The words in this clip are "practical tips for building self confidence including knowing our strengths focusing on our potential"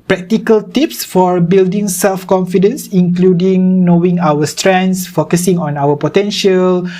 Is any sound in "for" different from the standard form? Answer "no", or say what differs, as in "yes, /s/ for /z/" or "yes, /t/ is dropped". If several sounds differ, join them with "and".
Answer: no